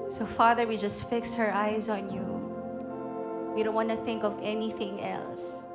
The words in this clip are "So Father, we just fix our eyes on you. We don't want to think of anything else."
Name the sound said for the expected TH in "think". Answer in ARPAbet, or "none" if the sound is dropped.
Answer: TH